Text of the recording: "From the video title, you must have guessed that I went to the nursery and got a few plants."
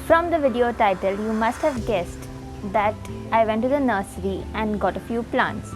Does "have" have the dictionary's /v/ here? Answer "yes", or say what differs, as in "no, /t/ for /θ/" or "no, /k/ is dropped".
yes